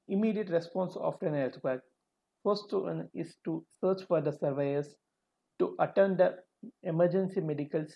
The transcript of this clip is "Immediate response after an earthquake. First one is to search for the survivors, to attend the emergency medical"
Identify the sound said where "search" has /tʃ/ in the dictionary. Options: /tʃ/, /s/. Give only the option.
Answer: /tʃ/